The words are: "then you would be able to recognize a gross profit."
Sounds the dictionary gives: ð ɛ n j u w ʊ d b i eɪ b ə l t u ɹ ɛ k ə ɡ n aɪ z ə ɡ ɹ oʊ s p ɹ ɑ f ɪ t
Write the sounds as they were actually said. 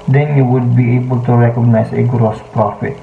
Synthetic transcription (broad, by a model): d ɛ n j u w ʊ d b i eɪ b ə l t u ɹ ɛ k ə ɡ n aɪ s ə ɡ ɹ oʊ s p ɹ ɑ f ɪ t